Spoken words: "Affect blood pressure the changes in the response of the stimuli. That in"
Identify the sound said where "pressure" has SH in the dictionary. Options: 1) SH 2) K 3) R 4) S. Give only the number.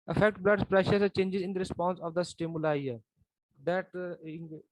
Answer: 1